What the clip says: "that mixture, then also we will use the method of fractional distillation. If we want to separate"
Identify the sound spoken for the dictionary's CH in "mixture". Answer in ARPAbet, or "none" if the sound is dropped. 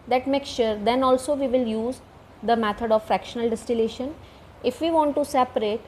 SH